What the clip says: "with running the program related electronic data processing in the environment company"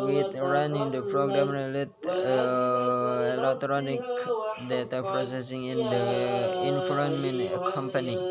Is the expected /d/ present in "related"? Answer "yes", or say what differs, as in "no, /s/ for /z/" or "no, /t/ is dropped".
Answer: no, /d/ is dropped